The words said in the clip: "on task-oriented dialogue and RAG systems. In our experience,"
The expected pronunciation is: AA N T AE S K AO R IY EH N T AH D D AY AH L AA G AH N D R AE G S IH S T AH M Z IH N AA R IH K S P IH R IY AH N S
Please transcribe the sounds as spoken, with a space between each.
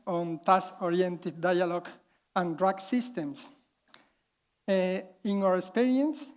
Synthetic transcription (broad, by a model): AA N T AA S AO R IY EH N T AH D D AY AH L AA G AH N D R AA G S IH S T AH M S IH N AA R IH K S P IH R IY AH N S